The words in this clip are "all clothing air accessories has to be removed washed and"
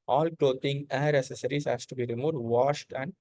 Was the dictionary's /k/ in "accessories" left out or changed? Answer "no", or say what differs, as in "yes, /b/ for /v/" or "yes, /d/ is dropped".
yes, /k/ is dropped